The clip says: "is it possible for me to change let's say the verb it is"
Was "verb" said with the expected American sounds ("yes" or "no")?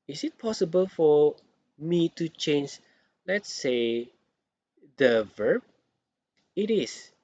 yes